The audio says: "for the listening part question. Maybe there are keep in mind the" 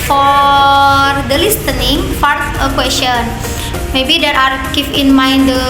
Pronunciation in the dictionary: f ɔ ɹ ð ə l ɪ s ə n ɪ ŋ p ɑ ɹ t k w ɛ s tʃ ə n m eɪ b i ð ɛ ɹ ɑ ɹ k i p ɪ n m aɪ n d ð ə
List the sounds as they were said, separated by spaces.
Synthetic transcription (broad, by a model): f ɔ ɹ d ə l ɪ s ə n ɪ ŋ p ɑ ɹ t k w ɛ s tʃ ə n m eɪ b i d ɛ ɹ ɑ ɹ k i f ɪ n m aɪ n d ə